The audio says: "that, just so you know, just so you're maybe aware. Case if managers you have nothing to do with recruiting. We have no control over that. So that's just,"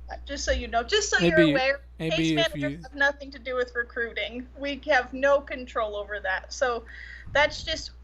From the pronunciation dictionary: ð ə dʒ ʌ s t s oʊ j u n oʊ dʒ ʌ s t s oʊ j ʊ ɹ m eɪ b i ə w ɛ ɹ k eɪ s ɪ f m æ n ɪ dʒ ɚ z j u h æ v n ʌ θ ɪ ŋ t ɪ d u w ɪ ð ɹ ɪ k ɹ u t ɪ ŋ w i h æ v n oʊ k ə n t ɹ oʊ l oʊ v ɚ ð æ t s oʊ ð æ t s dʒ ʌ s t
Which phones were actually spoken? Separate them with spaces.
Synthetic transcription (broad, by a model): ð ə dʒ ʌ s t s oʊ j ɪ n oʊ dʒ ʌ s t s oʊ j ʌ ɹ ə w ɛ ɹ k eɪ ɪ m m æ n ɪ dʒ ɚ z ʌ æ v n ʌ θ ɪ ŋ t ɪ d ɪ w ɪ ð ɹ ɪ k ɹ u t ɪ ŋ w i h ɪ v n oʊ k ə n t ɹ oʊ l oʊ v ɚ ð æ t s oʊ ð æ t s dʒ ʌ s t